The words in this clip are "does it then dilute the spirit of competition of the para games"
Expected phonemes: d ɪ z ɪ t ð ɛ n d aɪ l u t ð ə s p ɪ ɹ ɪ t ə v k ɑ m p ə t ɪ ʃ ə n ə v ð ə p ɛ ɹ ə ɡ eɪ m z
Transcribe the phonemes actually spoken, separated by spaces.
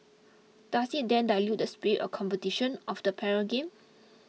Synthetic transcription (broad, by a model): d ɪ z ɪ t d ɛ n d aɪ l u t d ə s p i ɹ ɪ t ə k ɑ m p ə t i ʃ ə n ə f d ə p ɛ ɹ ə ɡ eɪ m